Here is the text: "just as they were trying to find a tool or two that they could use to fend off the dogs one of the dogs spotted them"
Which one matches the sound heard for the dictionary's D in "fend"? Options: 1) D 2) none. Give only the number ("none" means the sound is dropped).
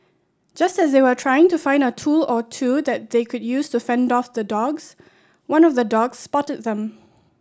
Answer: 1